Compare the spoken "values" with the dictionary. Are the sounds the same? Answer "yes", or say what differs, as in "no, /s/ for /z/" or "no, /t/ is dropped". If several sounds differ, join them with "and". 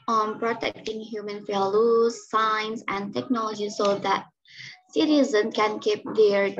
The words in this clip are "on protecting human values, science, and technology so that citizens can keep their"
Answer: no, /f/ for /v/